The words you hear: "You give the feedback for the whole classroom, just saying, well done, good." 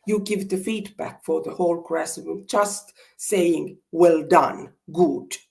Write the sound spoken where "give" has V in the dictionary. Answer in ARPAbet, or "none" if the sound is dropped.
V